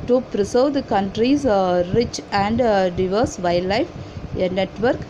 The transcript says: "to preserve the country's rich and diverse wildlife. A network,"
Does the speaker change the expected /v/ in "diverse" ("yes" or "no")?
no